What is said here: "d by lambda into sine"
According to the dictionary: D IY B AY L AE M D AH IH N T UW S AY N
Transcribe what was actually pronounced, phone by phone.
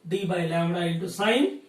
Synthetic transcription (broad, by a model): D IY B AY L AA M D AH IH T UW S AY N